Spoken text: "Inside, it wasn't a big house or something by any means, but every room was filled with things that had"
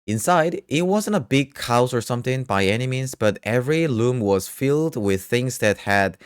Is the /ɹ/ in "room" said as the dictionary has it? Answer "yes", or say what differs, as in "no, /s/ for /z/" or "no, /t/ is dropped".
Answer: no, /l/ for /ɹ/